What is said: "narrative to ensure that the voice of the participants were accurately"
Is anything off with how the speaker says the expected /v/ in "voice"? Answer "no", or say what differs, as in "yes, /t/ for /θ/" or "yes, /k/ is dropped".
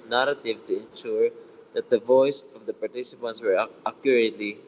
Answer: no